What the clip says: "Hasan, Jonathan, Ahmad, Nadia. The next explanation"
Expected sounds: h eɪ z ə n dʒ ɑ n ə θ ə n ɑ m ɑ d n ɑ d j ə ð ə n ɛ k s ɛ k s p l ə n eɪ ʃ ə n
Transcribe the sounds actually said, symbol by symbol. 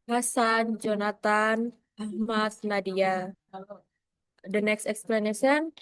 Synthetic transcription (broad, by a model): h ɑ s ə n dʒ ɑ n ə t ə n ɑ m ɑ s n ɑ d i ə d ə n ɛ k s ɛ k s p l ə n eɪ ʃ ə n